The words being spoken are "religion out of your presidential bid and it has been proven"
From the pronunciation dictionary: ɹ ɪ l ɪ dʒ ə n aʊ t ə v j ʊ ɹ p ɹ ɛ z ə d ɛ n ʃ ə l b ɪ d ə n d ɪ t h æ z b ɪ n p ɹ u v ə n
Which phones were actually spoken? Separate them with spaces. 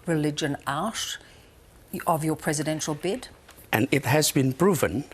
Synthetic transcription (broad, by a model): ɹ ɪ l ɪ dʒ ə n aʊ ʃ ə v j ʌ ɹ p ɹ ɛ z ə d ɛ n ʃ ə l b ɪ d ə n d ɪ t h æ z b ɪ n p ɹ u v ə n